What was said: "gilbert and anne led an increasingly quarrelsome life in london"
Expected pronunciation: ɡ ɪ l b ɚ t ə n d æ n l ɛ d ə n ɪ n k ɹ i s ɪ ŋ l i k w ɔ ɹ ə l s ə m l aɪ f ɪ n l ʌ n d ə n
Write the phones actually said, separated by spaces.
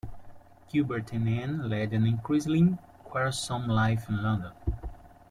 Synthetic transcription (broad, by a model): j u b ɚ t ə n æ n l ɛ d ə n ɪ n k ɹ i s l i k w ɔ ɹ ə s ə m l aɪ f ɪ n l ʌ n d ə n